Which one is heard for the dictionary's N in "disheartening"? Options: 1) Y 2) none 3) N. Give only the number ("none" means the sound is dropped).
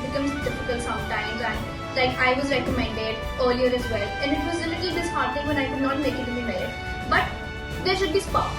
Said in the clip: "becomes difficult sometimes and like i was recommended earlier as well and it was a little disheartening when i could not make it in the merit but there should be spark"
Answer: 2